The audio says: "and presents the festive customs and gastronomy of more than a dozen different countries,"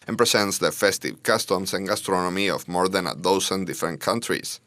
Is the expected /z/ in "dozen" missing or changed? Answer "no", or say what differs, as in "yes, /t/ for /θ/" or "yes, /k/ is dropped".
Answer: yes, /s/ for /z/